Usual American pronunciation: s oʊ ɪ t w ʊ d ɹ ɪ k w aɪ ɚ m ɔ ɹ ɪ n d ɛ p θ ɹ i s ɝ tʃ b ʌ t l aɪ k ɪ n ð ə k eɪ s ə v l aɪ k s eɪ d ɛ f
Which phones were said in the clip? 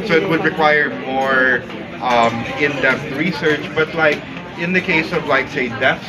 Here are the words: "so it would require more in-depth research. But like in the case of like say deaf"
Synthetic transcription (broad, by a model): s oʊ ɪ t w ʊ d ɹ ɪ k w aɪ ɚ m ɔ ɹ ɪ n d ɛ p t ɹ i s ɝ tʃ b ʌ t l aɪ k ɪ n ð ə k eɪ s ə v l aɪ k s eɪ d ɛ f